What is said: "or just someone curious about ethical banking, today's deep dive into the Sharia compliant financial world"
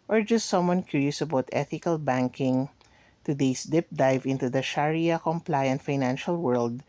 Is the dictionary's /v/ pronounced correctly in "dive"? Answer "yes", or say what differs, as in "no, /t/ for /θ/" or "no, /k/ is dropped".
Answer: yes